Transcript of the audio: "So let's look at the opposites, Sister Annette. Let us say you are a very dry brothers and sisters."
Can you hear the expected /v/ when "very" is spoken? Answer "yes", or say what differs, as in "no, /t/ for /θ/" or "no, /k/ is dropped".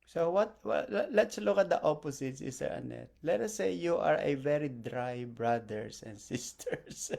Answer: yes